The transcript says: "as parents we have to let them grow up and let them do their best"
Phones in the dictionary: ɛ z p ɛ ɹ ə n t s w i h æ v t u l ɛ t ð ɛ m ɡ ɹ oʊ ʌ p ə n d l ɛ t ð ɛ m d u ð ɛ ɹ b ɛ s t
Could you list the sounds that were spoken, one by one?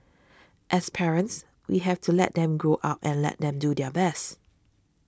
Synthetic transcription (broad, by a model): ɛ s p ɛ ɹ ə n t s w i h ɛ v t u l ɛ t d ɛ m ɡ ɹ oʊ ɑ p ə n l ɛ t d ɛ m d u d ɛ b ɛ s t